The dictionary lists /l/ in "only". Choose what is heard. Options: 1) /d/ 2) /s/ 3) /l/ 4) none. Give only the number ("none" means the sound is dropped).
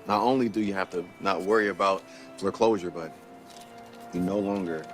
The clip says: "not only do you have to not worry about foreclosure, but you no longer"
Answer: 3